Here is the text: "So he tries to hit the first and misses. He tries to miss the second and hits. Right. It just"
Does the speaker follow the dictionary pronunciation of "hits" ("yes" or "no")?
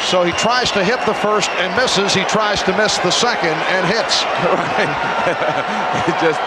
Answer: yes